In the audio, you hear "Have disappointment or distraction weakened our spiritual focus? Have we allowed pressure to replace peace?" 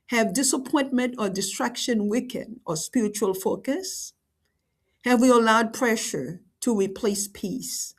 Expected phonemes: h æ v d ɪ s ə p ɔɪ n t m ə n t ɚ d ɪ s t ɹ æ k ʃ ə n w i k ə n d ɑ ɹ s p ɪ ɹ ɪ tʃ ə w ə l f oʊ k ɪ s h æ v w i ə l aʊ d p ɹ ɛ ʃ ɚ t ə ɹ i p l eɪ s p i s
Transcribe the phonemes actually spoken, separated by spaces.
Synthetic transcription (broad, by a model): h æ v d ɪ s ə p ɔɪ n t m ə n t ɚ d ɪ s t ɹ æ k ʃ ə n w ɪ k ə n ɑ ɹ s p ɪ ɹ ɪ tʃ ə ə l f oʊ k ɪ s h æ v w i ə l aʊ d p ɹ ɛ ʃ ɚ t ə ɹ i p l eɪ s p i s